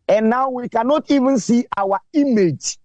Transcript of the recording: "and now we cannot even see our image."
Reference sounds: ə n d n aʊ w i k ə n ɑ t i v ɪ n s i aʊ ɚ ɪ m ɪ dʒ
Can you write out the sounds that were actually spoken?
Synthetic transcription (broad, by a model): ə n n aʊ w i k ə n ɑ t i v ɪ n s i aʊ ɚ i m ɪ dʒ